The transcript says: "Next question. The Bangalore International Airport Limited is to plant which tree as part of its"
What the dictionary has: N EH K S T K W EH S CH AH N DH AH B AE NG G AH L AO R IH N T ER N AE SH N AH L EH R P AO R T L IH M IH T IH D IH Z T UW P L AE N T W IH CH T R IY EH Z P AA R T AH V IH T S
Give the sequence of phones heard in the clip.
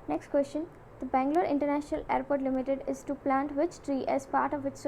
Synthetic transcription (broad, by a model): N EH K S T K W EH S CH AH N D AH B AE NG G L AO R IH N T ER N AE SH N AH L EH R P AO R T L IH M IH T IH D IH Z T UW P L AE N T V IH CH T R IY EH Z P AA R T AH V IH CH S